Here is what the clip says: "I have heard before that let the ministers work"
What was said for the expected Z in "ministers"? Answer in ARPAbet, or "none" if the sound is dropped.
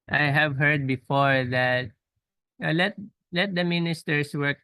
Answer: S